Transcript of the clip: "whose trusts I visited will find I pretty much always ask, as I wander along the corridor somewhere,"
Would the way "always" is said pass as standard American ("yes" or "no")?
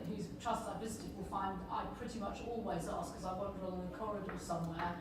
yes